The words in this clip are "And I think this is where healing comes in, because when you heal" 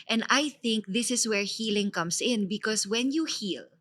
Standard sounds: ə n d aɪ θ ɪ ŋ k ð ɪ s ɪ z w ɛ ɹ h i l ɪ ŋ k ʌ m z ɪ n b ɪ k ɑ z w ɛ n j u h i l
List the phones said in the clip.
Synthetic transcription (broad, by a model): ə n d aɪ θ ɪ ŋ k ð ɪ s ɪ s w ɛ ɹ h i l ɪ ŋ k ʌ m s ɪ n b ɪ k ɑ s w ɛ n j u h i l